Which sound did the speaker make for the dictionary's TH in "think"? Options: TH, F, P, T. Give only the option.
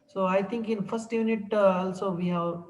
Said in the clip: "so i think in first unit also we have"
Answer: T